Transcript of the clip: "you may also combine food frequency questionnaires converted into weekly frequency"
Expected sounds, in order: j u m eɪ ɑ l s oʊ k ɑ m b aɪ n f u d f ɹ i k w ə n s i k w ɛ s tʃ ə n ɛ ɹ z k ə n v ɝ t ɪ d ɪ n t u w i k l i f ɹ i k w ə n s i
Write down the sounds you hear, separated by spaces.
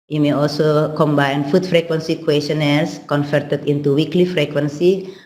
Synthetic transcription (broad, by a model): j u m eɪ ɑ l s oʊ k ɑ m b aɪ n f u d f ɹ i k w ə n s i k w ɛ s ə n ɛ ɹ s k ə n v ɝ t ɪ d ɪ n t u w i k l i f ɹ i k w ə n s i